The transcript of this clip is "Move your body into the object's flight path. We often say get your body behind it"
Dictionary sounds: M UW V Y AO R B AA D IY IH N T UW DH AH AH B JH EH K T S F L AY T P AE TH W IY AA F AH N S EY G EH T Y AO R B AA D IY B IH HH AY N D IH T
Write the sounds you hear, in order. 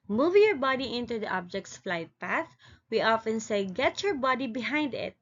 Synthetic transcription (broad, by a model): M UW V Y AO R B AA D IY IH N T UW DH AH AH B JH EH K T S F L AY T P AE TH W IY AA F AH N S EY G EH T Y AO R B AA D IY B IH HH AY N D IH T